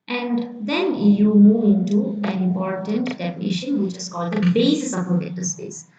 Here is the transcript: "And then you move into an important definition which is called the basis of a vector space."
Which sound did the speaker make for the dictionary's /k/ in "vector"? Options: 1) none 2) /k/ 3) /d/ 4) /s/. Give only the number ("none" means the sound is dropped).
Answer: 1